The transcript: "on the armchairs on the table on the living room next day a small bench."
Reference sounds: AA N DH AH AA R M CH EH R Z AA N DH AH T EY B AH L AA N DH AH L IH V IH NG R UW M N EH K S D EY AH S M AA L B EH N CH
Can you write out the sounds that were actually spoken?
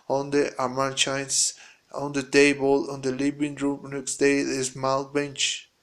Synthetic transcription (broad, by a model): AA N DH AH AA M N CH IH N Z AA N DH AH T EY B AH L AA N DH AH L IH B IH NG R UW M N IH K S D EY AH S M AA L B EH N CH